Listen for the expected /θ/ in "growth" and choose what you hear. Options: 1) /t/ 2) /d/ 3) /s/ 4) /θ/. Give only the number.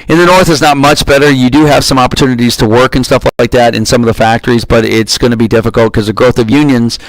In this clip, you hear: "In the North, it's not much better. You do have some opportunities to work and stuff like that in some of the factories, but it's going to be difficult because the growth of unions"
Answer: 4